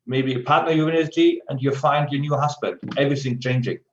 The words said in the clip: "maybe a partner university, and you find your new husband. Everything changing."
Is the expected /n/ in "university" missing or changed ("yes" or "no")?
yes